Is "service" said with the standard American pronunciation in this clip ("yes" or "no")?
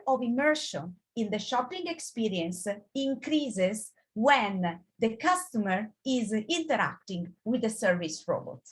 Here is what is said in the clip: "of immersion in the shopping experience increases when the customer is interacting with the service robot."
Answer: yes